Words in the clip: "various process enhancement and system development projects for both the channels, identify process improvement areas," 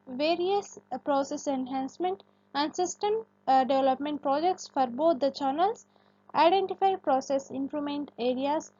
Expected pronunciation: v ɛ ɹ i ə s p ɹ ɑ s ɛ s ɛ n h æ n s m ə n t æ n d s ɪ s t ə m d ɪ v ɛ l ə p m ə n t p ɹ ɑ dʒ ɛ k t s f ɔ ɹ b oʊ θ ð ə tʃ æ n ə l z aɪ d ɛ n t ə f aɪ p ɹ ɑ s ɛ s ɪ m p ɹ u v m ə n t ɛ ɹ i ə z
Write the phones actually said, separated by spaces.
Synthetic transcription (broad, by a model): v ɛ ɹ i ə s p ɹ ɑ s ɛ s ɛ n h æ n s m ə n t æ n d s ɪ s t ə m d ɪ v ɛ l ə p m ə n t p ɹ ɑ dʒ ɛ k t s f ɔ ɹ b oʊ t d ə tʃ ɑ n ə l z aɪ d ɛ n t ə f aɪ p ɹ ɑ s ɛ s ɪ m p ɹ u m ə n t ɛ ɹ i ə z